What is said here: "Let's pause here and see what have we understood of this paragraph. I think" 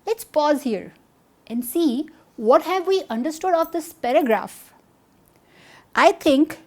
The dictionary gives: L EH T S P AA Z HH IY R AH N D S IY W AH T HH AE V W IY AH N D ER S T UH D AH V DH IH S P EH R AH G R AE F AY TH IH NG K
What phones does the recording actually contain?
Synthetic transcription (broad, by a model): L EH T S P AA Z HH IY R AH N D S IY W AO T HH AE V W IY AH N D ER S T UH D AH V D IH S P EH R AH G R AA F AY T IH NG K